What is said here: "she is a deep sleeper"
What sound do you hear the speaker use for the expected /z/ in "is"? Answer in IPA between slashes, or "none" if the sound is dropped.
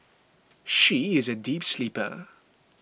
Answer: /z/